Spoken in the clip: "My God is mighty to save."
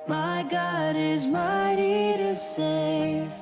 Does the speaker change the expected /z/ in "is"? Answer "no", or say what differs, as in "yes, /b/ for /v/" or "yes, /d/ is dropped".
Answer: no